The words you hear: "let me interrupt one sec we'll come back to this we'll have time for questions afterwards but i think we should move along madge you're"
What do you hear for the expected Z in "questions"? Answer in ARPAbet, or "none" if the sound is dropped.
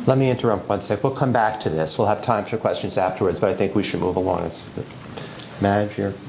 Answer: Z